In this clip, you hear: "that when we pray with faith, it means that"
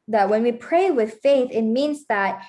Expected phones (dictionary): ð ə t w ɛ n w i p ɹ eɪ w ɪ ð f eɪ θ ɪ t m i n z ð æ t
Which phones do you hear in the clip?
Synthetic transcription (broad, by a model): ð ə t w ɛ n w i p ɹ eɪ w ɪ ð f eɪ θ ɪ t m i n z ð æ t